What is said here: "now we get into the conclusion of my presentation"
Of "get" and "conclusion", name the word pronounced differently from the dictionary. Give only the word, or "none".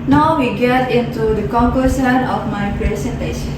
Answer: conclusion